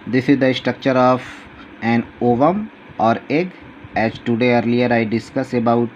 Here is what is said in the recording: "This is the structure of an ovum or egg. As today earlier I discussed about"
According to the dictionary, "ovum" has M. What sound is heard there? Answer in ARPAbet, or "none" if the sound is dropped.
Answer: M